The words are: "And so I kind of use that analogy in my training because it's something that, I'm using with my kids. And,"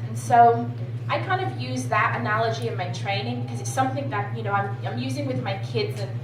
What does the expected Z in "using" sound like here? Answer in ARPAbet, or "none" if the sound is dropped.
Z